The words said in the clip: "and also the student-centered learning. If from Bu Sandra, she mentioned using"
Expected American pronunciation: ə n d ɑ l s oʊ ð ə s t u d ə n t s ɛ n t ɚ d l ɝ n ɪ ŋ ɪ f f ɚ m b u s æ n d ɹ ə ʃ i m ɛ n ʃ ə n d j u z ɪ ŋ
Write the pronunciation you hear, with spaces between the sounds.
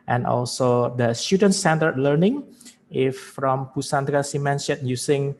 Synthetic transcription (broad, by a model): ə n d ɑ l s oʊ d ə s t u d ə n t s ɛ n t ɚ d l ɝ n ɪ ŋ ɪ f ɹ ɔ m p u s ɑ n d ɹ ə s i m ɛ n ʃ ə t j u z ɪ ŋ